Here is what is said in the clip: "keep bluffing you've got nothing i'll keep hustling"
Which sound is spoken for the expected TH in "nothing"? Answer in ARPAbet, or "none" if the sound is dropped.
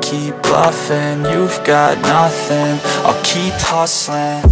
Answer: TH